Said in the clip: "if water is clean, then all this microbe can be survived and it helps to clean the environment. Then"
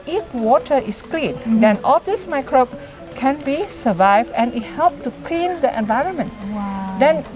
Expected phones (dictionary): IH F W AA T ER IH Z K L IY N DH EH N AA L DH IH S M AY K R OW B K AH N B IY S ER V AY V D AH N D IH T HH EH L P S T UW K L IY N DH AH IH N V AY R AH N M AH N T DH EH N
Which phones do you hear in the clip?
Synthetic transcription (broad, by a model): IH F W AA T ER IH S K L IY N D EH N AA L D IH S M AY K R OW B K AH N B IY S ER V AY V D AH N IH T HH EH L P T UW K L IY N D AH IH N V AY R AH N M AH N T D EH N